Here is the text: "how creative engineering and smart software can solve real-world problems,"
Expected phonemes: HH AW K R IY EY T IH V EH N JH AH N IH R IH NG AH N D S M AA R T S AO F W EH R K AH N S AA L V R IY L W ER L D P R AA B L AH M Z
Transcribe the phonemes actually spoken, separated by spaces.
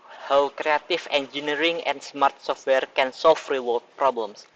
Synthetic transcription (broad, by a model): HH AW K R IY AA T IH F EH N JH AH N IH R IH NG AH N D S M AA R T S AO F W EH R K AH N S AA L F R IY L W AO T P R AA B L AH M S